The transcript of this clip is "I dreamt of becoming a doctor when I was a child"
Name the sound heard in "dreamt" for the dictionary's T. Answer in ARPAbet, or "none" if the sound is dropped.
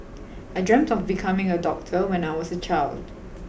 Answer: T